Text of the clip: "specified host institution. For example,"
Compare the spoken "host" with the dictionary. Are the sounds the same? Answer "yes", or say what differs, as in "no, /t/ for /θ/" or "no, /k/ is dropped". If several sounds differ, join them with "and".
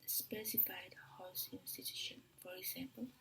no, /t/ is dropped